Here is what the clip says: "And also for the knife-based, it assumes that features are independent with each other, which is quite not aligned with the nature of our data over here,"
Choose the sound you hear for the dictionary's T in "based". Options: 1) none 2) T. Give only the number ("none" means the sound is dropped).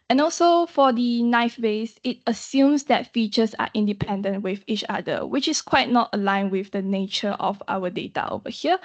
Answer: 1